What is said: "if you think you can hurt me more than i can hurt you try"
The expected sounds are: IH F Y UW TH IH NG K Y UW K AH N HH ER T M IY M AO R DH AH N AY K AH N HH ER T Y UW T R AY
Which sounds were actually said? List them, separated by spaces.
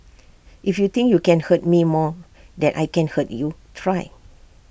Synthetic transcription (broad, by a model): IH F Y UW T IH NG K Y UW K AH N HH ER T M IY M AO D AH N AY K AH N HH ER T Y UW T R AY